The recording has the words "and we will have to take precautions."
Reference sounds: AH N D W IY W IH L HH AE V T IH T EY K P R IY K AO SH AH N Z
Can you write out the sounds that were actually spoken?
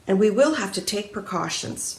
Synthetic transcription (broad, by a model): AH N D W IY W IH L HH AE F T IH T EY K P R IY K AO SH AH N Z